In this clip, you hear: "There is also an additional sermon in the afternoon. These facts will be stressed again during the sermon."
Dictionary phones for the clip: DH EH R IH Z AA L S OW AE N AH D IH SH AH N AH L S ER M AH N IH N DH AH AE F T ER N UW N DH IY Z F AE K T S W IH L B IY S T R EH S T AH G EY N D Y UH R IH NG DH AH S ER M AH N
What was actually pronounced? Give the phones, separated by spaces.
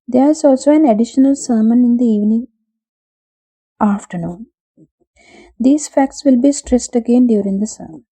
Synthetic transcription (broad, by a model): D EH R IH Z AA L S OW AE N AH D IH SH AH N AH L S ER M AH N IH N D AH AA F T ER N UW N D IY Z F AE K T S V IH L B IY S T R EH S T AH G EY N D Y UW R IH NG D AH S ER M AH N